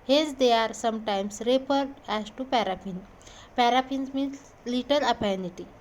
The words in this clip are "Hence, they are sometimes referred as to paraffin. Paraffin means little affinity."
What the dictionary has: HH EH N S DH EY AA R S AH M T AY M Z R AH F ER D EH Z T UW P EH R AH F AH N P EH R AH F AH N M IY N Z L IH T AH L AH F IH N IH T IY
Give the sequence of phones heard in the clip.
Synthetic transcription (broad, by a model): HH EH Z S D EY AA R S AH M T AY M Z R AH P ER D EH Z T UW P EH R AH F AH N P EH R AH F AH N M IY N S L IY T AH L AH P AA N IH T IY